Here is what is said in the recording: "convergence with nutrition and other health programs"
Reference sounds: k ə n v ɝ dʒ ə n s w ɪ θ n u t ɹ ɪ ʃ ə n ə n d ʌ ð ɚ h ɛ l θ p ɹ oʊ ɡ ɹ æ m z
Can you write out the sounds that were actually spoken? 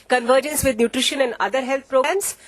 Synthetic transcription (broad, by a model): k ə n v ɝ dʒ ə n s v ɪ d n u t ɹ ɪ ʃ ə n ə n d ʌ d ɚ h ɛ l t p ɹ oʊ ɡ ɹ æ m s